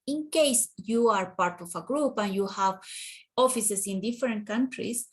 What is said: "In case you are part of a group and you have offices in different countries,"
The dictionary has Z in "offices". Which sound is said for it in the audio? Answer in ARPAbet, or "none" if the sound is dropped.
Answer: S